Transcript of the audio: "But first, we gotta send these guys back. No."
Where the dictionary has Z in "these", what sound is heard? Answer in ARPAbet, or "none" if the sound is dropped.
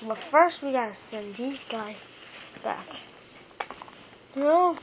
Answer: Z